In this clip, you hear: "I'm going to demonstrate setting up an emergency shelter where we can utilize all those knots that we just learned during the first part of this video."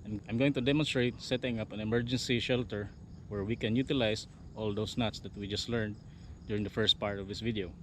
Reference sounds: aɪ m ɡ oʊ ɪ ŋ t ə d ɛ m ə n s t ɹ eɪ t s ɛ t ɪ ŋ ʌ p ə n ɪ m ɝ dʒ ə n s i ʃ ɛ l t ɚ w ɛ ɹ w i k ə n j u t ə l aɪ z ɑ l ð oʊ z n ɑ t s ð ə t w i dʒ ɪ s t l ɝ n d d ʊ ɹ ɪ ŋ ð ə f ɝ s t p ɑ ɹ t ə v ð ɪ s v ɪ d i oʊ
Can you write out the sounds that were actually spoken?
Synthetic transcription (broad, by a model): aɪ m ɡ oʊ ɪ ŋ t ə d ɛ m ə n s t ɹ eɪ t s ɛ t ɪ ŋ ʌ p ə n ɪ m ɝ dʒ ə n s i ʃ ɛ l t ɚ w ɛ ɹ w i k ə n j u t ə l aɪ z ɑ l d oʊ s n ɑ t s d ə t w i dʒ ɪ s t l ɝ n d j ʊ ɹ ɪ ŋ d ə f ɝ s t p ɑ ɹ t ə v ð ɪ s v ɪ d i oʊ